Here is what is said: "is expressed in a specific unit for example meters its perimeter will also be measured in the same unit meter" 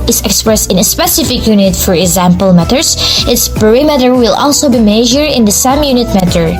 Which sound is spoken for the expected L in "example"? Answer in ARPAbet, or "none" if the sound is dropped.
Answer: L